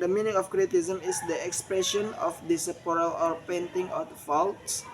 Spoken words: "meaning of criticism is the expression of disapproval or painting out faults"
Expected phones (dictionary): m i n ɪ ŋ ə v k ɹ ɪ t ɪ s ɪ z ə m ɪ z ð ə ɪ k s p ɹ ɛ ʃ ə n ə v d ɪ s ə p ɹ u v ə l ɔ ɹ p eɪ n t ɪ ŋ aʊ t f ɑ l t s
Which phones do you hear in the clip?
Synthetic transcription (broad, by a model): m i n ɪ ŋ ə f k ɹ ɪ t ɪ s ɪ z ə m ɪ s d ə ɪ k s p ɹ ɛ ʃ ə n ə f d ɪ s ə p ɔ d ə l ɔ ɹ p eɪ n t ɪ ŋ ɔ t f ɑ l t s